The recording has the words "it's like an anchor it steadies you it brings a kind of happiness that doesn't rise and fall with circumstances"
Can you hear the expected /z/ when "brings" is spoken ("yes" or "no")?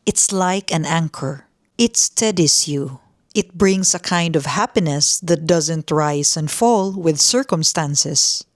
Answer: no